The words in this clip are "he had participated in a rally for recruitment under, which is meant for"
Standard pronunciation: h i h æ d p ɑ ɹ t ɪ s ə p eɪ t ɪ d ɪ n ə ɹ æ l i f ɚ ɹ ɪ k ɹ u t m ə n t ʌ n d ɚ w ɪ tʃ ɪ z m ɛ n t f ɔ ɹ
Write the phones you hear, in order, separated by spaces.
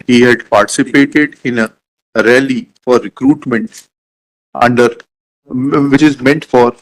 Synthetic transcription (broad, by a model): h i h æ d p ɑ ɹ t ɪ s ə p eɪ t ɪ d ɪ n ə ɹ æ l i f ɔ ɹ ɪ k ɹ u t m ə n t ʌ n d ɚ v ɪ tʃ ɪ z m ɛ n t f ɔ ɹ